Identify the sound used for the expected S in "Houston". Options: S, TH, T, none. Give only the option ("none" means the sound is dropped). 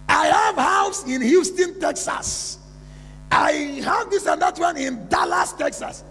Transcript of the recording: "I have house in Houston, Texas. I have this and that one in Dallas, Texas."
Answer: S